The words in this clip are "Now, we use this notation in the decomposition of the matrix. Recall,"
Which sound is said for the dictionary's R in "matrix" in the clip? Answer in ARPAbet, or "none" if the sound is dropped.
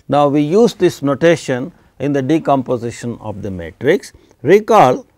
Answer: R